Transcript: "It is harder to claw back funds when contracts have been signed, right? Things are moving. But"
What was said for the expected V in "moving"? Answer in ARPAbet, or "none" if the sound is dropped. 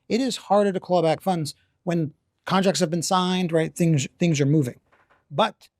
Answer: V